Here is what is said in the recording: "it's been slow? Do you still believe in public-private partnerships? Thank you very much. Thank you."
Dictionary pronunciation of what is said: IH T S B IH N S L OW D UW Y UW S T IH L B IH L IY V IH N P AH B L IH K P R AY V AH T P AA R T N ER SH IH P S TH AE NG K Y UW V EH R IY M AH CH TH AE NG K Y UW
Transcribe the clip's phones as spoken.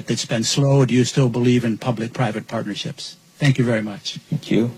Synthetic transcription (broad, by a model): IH T S B IH N S L OW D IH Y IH S T IH L B IH L IY V IH N P AH B L IH K P R AY V AH T P AA R T N ER SH IH P S TH AE NG K Y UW V EH R IY M AH CH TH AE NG K Y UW